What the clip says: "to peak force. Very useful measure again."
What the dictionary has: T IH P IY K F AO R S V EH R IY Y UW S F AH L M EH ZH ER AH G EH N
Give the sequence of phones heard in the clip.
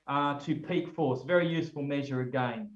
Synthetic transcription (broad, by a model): T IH P IY K F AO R S V EH R IY Y UW S F AH L M EH ZH ER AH G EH N